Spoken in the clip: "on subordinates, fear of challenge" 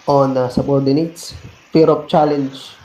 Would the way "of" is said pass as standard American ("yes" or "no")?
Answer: no